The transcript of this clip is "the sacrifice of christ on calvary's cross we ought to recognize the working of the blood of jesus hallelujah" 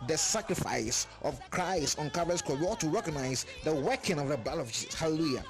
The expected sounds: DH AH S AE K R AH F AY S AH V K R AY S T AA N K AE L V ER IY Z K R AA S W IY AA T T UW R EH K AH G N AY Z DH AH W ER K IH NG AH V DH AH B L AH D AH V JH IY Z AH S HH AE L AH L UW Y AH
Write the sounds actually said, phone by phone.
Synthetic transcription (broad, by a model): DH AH S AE K R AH F AY S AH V K R AY S T AA N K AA V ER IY S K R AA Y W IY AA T T UW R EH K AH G N AY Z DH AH W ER K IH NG AH V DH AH B EH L AH V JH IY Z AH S HH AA L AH L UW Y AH